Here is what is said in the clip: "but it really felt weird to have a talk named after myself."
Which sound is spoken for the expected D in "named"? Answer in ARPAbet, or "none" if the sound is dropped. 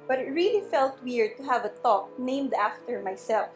D